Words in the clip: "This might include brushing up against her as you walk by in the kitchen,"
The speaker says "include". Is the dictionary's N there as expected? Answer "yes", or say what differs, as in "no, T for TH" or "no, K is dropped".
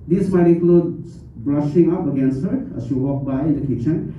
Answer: no, N is dropped